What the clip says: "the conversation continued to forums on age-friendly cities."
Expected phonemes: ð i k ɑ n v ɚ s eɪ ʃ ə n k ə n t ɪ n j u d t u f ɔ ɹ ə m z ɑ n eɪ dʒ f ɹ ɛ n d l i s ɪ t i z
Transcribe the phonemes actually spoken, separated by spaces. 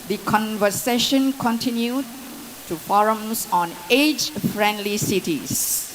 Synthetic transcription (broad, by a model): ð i k ɑ n v ɚ s eɪ ʃ ə n k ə n t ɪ n j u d t u f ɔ ɹ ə m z ɑ n eɪ dʒ f ɹ ɛ n d l i s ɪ t i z